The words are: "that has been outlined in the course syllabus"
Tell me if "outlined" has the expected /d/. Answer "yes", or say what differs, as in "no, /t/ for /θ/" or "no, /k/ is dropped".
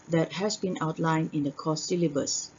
no, /d/ is dropped